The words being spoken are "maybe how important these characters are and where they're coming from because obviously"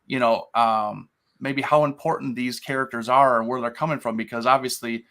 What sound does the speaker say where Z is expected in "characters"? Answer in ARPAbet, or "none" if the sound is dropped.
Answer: Z